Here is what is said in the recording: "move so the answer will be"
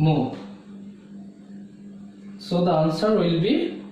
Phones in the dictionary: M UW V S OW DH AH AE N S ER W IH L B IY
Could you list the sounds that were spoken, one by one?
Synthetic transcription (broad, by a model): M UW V S OW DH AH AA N S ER W IH L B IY